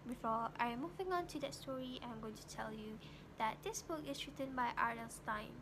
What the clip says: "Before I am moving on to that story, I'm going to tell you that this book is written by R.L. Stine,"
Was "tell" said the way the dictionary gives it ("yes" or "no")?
yes